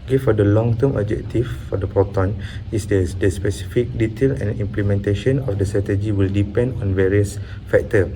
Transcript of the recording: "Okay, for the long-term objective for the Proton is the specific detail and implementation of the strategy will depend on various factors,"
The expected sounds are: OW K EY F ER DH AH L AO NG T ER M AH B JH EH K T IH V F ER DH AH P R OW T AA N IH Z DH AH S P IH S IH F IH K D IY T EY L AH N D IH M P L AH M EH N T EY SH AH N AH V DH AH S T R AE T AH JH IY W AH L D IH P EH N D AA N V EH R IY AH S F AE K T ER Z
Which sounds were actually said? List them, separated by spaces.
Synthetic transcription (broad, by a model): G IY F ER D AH L AO NG T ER M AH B JH EH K T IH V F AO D AH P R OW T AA N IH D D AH S P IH S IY F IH K D IY T EY L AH N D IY M P L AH M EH N T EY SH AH N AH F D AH S T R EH T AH JH IY W AH L D IH P EH N D AA N V EH R IY AH S F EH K T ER